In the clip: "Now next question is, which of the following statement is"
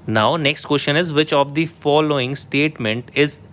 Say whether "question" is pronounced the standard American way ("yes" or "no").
no